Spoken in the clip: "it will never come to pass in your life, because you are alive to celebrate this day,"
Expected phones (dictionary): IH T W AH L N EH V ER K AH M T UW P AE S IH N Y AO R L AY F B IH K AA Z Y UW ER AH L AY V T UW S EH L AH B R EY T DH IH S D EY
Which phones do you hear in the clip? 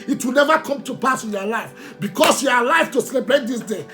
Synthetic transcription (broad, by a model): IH T W AH L N EH V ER K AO M T UW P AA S IH N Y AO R L AY F B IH K AA S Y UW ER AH L AY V T UW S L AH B EY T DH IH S D EY